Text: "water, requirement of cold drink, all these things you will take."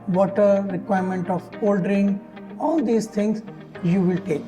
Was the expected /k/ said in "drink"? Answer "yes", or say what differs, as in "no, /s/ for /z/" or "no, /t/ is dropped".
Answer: no, /k/ is dropped